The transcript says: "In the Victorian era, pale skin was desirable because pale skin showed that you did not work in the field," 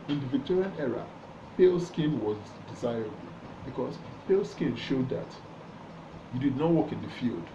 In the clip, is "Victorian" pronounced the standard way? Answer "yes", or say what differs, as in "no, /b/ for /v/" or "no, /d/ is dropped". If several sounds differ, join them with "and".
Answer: yes